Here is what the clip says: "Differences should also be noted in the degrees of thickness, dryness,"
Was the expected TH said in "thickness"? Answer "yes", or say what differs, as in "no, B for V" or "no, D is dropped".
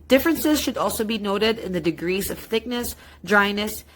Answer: yes